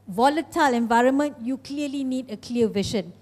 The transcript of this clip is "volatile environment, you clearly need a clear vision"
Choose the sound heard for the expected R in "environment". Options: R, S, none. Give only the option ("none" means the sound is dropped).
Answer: R